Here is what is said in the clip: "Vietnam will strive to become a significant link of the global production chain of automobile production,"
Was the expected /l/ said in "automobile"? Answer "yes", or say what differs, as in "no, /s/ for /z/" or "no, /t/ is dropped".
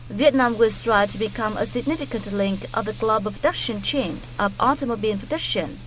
no, /n/ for /l/